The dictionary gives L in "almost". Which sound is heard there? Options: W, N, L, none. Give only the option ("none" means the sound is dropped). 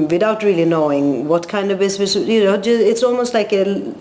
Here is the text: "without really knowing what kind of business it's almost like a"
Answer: L